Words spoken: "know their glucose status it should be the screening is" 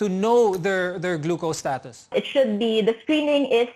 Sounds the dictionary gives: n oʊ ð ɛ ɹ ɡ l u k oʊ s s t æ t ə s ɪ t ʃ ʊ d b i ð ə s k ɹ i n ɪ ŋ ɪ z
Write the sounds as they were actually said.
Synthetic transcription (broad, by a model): n oʊ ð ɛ ɹ ɡ l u k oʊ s s t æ t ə s ɪ t ʃ ʊ d b i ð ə s k ɹ i n ɪ ŋ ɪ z